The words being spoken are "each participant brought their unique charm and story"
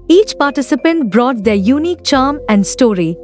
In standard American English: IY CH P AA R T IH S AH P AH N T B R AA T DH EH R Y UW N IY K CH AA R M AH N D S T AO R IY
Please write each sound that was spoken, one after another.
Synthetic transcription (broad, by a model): IY CH P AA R T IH S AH P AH N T B R AA T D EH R Y UW N IY K CH AA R M AH N D S T AO R IY